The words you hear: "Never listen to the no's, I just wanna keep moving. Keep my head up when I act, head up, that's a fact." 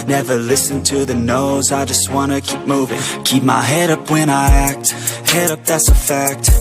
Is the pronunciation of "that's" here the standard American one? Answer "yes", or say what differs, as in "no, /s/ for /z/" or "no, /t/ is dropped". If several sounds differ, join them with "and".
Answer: yes